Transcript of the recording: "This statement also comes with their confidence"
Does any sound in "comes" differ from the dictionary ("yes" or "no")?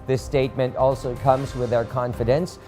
no